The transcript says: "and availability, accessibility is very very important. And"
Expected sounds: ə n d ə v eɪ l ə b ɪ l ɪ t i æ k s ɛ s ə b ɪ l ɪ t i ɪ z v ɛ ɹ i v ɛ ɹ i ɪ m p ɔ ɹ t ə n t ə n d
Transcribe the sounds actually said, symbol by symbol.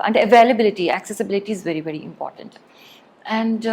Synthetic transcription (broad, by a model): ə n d ə v eɪ l ə b ɪ l ɪ t i æ k s ɛ s ə b ɪ l ɪ t i ɪ z v ɛ ɹ i v ɛ ɹ i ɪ m p ɔ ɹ t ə n t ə n d